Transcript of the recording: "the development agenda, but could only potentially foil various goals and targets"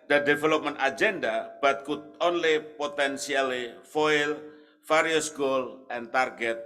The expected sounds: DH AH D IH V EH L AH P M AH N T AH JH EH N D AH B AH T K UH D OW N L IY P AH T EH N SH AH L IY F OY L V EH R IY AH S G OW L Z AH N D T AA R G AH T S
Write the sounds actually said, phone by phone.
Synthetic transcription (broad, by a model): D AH D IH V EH L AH P M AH N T AH JH EH N D AH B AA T K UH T OW N L IY P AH T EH N S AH L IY F OY L F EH R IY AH S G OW L AH N T AA R G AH T